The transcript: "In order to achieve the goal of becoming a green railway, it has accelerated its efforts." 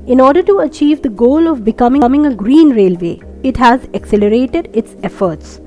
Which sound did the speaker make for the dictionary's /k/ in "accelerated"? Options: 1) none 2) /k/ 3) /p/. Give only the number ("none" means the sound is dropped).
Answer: 2